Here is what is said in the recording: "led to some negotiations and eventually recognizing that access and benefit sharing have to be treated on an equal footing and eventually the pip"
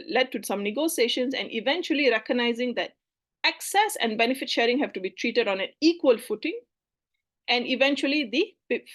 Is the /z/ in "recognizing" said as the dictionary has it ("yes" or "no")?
yes